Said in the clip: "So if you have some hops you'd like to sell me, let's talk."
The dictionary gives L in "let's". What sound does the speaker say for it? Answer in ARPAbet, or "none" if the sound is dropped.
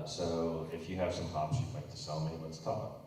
W